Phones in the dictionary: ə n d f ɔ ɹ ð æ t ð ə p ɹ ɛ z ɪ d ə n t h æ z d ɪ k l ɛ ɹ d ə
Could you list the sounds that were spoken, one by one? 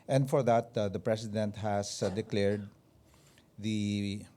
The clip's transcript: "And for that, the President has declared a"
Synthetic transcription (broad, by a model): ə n d f ɔ ɹ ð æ t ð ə p ɹ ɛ s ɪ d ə n t h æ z d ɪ k l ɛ ɹ d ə